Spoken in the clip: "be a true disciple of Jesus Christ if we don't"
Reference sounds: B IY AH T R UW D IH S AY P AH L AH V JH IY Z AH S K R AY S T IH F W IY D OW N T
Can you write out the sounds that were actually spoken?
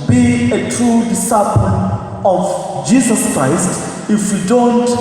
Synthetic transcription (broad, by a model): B IY AH T R UW D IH S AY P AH N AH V JH IY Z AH S K R AY S T IH F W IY D OW N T